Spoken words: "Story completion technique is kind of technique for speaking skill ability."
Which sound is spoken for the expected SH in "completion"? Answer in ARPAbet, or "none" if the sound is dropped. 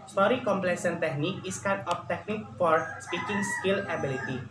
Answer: S